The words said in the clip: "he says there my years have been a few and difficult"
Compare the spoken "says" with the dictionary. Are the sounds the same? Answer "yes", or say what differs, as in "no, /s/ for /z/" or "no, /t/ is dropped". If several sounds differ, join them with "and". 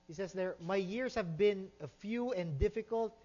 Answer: no, /s/ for /z/